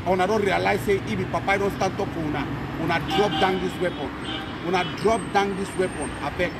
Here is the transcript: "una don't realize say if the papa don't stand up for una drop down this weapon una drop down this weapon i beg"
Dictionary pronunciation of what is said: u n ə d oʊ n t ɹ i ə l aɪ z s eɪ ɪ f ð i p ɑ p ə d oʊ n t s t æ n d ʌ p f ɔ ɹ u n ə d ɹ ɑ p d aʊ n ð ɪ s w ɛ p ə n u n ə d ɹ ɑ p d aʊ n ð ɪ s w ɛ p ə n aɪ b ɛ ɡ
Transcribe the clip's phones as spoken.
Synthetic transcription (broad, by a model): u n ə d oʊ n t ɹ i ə l aɪ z s eɪ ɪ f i p ɑ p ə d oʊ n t s t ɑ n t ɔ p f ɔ w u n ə d ɹ ɑ p d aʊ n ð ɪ s w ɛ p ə n u n ə d ɹ ɑ p d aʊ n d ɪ s w ɛ p ə n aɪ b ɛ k